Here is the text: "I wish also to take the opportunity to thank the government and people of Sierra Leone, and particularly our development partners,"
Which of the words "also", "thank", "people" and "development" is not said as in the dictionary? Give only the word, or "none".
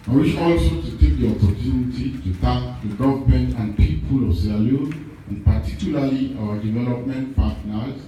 thank